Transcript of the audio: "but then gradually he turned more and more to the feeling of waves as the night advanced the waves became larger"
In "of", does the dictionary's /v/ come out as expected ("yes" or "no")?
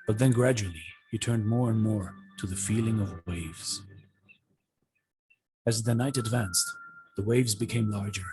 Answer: yes